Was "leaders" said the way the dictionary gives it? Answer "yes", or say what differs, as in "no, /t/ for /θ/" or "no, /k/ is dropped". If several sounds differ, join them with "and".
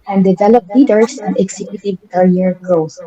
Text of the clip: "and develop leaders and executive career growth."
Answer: no, /s/ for /z/